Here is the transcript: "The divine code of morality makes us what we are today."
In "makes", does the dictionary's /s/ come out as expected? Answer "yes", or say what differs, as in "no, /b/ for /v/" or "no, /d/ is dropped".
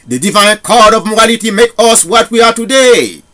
no, /s/ is dropped